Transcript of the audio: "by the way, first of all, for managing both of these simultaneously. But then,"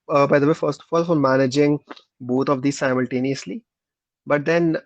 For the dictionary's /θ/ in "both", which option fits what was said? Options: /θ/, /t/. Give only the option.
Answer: /t/